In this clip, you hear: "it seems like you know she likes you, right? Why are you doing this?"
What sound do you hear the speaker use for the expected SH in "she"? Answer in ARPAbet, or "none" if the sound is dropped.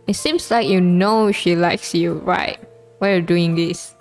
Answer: SH